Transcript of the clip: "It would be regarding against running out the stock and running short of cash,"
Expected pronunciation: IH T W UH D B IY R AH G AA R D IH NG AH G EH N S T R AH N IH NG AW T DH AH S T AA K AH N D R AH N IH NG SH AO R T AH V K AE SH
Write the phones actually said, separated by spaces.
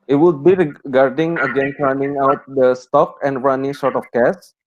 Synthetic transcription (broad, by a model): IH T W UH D B IY R AH G AA R D IH NG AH G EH N T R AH N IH NG AW T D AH S T AA K AH N D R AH N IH NG S AO R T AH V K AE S